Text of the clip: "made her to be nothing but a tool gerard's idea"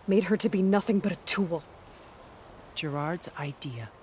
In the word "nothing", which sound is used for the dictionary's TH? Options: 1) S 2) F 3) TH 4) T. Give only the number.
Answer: 3